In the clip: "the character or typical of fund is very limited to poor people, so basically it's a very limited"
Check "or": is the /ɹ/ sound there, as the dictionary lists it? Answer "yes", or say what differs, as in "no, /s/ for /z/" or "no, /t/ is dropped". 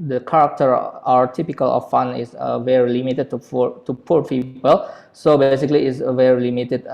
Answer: no, /w/ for /ɹ/